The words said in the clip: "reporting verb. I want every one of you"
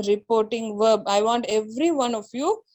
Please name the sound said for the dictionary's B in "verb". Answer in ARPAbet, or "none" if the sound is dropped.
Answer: B